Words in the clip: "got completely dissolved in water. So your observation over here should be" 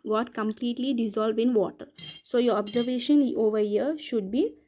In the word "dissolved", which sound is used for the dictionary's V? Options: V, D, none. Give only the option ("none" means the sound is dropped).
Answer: V